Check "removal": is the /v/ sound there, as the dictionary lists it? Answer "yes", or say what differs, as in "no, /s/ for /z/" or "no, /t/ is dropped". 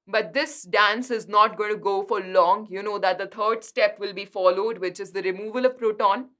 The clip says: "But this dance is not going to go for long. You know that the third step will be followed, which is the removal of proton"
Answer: yes